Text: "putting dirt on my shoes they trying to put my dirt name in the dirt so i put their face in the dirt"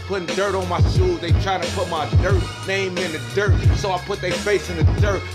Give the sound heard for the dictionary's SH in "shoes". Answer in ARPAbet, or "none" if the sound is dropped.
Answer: S